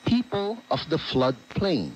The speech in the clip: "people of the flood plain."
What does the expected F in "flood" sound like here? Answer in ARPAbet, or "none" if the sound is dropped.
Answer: F